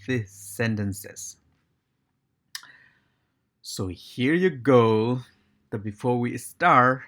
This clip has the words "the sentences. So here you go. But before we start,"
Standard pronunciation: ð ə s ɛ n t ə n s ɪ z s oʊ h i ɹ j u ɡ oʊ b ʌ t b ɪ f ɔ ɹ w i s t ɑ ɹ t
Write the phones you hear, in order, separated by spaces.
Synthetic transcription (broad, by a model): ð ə s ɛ n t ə n s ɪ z s oʊ h i ɹ j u ɡ oʊ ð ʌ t b ɪ f ɔ ɹ w i s t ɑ ɹ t